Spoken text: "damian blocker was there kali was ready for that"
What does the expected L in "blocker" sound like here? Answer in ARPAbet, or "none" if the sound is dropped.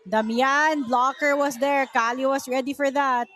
L